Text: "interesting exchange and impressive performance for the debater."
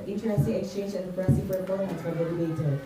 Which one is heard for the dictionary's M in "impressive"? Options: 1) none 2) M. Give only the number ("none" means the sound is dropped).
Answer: 1